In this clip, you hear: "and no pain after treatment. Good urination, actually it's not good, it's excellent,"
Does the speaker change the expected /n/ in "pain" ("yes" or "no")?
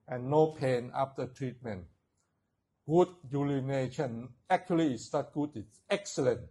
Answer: no